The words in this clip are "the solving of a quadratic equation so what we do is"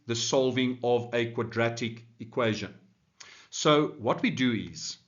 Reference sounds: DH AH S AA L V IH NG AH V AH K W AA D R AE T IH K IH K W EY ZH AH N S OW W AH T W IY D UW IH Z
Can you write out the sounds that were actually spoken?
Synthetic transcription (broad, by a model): DH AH S AA L V IH NG AH V AH K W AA D R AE T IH K IH K W EY ZH AH N S OW W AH T W IY D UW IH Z